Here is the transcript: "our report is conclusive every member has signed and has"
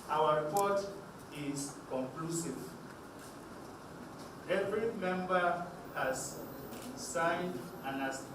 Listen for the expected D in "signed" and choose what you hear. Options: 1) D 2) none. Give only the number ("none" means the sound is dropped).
1